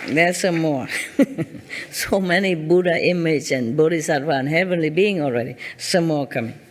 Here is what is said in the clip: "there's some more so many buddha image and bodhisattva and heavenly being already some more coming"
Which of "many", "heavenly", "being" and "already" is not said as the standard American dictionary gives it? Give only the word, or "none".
none